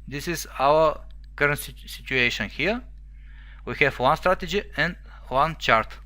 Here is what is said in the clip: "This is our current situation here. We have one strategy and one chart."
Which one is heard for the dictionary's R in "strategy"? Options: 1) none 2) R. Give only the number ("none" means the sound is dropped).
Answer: 2